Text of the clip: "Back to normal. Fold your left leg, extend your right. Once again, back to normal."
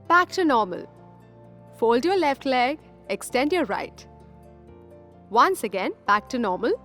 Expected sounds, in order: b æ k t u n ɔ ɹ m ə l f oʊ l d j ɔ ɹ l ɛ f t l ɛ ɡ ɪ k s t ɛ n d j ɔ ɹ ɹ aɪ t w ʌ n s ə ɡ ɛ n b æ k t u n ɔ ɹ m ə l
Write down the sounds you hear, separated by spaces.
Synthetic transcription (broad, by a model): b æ k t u n ɔ ɹ m ə l f oʊ l d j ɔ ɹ l ɛ f t l ɛ ɡ ɪ k s t ɛ n d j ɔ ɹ ɹ aɪ t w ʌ n s ə ɡ ɛ n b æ k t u n ɔ ɹ m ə l